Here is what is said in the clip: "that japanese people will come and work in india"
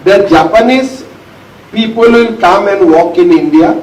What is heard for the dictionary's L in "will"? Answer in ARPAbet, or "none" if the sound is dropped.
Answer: N